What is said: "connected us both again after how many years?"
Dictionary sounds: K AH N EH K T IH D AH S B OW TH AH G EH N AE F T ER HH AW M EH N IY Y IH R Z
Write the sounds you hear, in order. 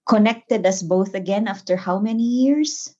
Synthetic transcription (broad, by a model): K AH N EH K T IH D AH S B OW TH AH G EH N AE F T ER HH AW M EH N IY Y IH R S